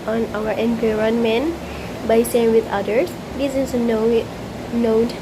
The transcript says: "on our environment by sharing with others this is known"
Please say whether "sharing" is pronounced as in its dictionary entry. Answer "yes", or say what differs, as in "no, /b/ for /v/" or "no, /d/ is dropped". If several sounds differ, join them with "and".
no, /s/ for /ʃ/ and /ɹ/ is dropped